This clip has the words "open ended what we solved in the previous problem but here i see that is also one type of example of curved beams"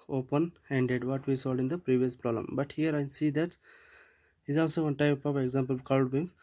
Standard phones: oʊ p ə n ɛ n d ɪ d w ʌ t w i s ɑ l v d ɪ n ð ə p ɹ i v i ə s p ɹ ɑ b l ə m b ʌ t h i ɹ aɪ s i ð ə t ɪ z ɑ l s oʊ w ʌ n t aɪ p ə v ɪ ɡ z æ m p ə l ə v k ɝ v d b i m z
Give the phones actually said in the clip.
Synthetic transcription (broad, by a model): oʊ p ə n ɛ n d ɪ d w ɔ t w i s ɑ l d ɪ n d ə p ɹ i v i ə s p ɹ ɑ b l ə m b ʌ t h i ɹ aɪ s i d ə t ɪ z ɑ l s oʊ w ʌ n t aɪ p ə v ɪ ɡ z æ m p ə l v k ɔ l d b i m